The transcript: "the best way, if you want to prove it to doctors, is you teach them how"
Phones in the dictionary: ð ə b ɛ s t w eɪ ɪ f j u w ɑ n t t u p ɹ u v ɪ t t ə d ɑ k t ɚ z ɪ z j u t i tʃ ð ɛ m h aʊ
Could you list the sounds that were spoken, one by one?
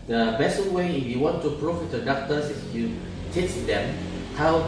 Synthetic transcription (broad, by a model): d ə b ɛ s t w eɪ ɪ f j u w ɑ n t t u p ɹ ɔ f ɪ t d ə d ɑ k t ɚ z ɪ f j u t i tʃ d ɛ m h aʊ